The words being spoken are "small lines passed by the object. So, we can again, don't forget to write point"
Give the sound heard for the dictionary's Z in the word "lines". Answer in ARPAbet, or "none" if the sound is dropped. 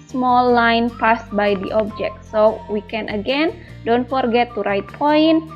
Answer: none